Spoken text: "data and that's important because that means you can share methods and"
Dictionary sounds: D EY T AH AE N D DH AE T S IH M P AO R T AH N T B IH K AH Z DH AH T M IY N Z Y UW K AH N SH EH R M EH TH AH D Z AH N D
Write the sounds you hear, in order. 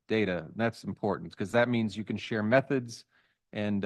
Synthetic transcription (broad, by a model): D EY T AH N DH AE T S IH M P AO R T N T K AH Z DH AH T M IY N Z Y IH K AH N SH EH R M EH TH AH D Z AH N